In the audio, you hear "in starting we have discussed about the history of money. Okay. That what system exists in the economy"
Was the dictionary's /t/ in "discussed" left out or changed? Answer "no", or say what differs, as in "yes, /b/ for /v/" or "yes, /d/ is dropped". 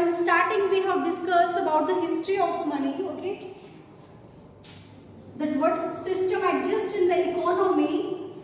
yes, /t/ is dropped